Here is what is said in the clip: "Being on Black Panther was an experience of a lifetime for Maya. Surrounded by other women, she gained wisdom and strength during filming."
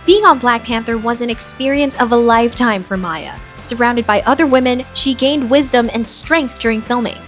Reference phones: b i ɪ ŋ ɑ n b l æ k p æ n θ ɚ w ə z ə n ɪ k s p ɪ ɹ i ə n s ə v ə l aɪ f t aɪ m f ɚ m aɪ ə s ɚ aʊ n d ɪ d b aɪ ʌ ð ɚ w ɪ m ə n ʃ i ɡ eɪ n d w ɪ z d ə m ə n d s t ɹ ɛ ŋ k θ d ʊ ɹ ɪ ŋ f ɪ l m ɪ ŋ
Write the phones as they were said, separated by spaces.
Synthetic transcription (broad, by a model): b i ɪ ŋ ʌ n b l æ k p æ n θ ɚ w ə z ə n ɪ k s p ɪ ɹ i ə n s ə v ə l aɪ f t aɪ m f ɚ m aɪ ə s ɚ aʊ n d ɪ d b aɪ ʌ ð ɚ w ɪ m ə n ʃ i ɡ eɪ n d w ɪ z d ə m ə n s t ɹ ɛ ŋ k θ d ʊ ɹ ɪ ŋ f ɪ l m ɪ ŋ